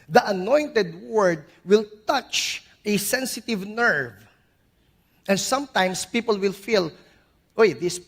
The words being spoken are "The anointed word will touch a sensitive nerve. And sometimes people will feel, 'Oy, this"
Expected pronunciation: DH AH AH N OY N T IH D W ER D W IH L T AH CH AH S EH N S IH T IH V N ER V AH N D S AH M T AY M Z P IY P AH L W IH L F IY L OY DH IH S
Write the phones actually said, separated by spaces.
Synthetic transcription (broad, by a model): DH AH AH N OY N T IH D W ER D W IH L T AH CH AH S EH N S IH T IH V N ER V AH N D S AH M T AY M S P IY P AH L W IH L F IY L OY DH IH S